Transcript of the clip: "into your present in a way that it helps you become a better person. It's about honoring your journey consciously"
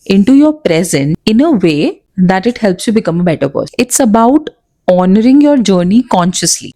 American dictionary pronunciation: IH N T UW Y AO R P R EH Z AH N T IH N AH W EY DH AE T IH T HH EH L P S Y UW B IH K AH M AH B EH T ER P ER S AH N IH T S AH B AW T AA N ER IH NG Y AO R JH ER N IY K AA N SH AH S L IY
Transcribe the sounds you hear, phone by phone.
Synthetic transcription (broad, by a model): IH N T UW Y AO R P R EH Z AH N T IH N AH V EY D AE T IH T HH EH L P S Y UW B IH K AH M AH B EH T ER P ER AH IH T S AH B AW T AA N ER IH NG Y AO R JH ER N IY K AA N SH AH S L IY